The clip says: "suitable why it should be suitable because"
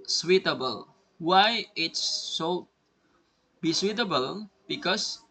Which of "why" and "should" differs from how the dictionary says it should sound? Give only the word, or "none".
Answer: should